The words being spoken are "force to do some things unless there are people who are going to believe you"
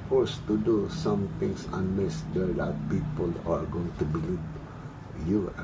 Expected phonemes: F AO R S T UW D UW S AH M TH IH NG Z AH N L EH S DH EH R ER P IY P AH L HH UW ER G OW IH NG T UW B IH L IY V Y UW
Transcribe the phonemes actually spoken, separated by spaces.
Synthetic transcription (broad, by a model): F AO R S T UW D UW S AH M T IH NG S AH N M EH S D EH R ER P IY P AH L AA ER G OW IH NG T UW B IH L IY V Y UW